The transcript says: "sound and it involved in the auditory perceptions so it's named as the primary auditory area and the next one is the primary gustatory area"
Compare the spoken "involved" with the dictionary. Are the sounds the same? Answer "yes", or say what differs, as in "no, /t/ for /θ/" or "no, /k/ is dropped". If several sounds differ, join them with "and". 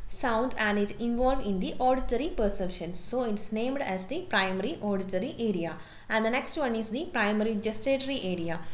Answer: no, /d/ is dropped